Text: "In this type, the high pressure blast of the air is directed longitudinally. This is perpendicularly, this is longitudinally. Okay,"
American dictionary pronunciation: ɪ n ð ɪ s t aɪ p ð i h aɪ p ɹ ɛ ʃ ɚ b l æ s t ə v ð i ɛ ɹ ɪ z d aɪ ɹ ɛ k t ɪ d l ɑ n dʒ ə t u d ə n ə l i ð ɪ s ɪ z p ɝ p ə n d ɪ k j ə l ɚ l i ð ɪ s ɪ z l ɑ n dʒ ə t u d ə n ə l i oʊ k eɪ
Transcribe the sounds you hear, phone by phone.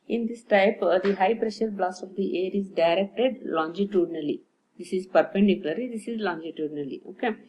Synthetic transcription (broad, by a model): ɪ n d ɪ s t aɪ p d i h aɪ p ɹ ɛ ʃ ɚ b l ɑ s ə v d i ɛ ɹ ɪ z d aɪ ɹ ɛ k t ɪ d l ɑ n dʒ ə t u d n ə l i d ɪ s ɪ z p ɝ p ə n d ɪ k j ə l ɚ l i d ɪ s ɪ z l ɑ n dʒ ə t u d n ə l i oʊ k eɪ